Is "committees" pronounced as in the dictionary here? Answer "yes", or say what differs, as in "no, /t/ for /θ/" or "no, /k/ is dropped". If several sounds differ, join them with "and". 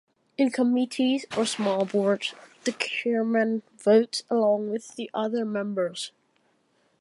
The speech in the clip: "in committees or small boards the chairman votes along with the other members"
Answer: yes